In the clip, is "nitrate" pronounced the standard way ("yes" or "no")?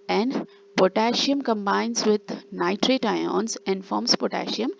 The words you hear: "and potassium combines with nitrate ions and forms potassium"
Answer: yes